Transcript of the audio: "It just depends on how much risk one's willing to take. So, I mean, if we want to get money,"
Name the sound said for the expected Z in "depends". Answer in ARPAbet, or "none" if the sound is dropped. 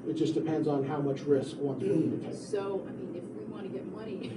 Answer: Z